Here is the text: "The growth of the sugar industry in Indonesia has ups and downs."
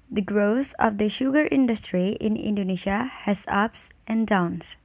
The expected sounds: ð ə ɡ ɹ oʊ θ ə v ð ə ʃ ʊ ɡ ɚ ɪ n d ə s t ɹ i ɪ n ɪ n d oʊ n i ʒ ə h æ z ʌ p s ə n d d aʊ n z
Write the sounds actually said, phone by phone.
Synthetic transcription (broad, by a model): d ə ɡ ɹ oʊ t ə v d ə ʃ ʊ ɡ ɚ ɪ n d ə s t ɹ i ɪ n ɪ n d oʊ n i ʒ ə h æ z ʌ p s ə n d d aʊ n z